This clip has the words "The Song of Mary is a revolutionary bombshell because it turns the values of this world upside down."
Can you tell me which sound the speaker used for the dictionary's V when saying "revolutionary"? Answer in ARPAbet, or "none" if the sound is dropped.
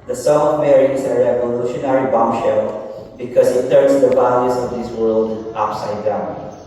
V